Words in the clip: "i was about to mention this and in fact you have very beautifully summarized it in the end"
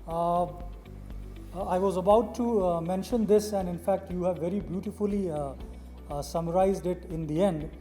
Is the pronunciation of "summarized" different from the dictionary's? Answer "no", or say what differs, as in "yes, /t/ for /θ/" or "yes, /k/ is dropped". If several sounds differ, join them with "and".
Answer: no